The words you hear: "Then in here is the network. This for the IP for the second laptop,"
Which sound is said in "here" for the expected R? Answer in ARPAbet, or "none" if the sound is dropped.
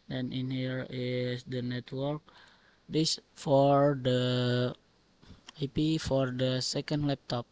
R